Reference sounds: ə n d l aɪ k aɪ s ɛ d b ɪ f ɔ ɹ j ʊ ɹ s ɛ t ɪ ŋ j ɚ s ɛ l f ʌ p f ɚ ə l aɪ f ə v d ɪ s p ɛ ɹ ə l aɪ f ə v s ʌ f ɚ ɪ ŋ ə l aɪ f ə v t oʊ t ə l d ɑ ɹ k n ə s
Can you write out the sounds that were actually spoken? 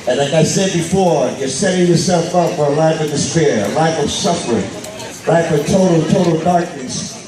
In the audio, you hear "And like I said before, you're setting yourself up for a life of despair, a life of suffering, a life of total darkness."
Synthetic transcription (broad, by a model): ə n l aɪ k aɪ s ɛ d b ɪ f ɔ ɹ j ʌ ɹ s ɛ t ɪ ŋ j ɚ s ɛ l f ʌ p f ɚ ə l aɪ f ə v d ɪ s p ɛ ɹ ə l aɪ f ə v s ʌ f ɚ ɪ ŋ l aɪ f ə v t oʊ t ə l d ɑ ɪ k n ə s